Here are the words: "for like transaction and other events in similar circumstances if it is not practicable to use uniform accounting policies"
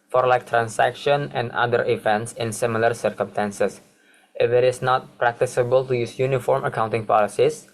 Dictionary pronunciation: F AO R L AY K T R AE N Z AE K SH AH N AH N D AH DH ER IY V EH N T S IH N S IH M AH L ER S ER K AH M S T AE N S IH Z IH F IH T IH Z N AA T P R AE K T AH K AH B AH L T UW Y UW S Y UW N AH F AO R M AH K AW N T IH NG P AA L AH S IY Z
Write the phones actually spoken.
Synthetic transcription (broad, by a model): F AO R L AY K T R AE N S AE K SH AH N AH N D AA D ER IY V EH N T S IH N S IH M AH L ER S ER K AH M S T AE N S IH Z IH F IH T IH S N AA T P R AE K T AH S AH B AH L T UW Y UW S Y UW N AH F AO R M AH K AW N T IH NG P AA L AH S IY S